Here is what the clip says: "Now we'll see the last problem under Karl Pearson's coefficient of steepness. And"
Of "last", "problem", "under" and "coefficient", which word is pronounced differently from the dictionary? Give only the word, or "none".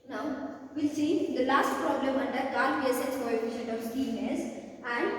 coefficient